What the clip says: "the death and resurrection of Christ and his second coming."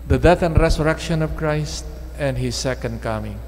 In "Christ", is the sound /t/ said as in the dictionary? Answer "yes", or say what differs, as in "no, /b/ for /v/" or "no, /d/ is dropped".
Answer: yes